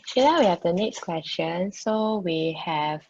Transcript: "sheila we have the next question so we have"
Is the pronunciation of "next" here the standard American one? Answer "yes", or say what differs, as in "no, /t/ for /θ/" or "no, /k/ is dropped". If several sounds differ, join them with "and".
yes